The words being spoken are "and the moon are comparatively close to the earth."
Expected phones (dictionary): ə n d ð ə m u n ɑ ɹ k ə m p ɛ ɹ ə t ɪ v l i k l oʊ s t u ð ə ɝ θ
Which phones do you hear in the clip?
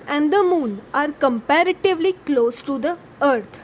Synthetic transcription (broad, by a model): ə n d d ə m u n ɑ ɹ k ə m p ɛ ɹ ə t ɪ v l i k l oʊ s t u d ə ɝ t